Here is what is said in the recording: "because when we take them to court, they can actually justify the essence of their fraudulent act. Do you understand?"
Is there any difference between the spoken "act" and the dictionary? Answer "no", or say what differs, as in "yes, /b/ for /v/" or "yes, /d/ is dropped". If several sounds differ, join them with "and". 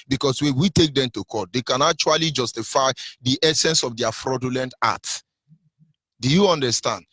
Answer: yes, /k/ is dropped